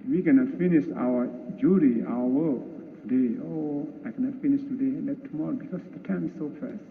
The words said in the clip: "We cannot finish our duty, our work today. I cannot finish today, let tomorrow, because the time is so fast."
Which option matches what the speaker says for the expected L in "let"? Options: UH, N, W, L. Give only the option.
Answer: N